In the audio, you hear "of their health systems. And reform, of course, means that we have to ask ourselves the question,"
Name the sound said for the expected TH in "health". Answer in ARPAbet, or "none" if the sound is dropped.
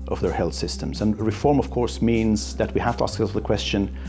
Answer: TH